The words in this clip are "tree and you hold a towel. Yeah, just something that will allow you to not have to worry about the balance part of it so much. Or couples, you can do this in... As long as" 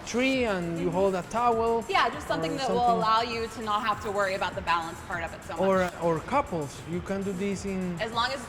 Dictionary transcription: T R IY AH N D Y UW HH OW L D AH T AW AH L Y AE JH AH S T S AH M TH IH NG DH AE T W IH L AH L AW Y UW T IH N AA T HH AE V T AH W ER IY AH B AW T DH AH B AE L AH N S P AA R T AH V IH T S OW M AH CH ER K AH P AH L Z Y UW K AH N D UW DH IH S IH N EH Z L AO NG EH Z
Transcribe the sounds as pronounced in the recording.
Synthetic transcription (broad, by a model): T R IY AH N Y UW HH OW L D AH T AW AH L Y AE JH AH S T S AH M TH IH NG DH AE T W IH L AH L AW Y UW T IH N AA T HH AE F T AH W ER IY AH B AW T DH AH B AE L AH N S P AA R T AH V IH T S OW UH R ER K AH P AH L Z Y UW K AH N D UW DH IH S IH N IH Z L AO NG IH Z